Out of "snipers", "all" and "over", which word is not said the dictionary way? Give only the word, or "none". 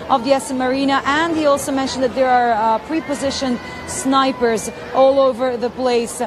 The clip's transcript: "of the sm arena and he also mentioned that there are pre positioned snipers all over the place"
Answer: none